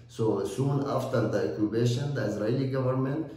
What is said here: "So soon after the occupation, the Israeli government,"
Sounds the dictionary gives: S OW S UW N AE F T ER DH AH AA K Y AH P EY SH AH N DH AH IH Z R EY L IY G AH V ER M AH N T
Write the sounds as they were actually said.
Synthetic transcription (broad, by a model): S OW S UW N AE F T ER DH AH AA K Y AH B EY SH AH N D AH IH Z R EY IY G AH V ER M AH N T